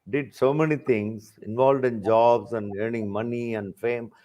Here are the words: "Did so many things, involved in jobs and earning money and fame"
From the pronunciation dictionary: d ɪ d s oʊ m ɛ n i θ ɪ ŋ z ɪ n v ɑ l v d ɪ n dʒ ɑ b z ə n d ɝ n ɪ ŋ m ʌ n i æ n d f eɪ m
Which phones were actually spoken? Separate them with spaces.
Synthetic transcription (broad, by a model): d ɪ d s oʊ m ɛ n i t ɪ ŋ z ɪ n v ɑ l v d ɪ n dʒ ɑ b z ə n d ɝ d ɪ ŋ m ʌ n i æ n d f eɪ m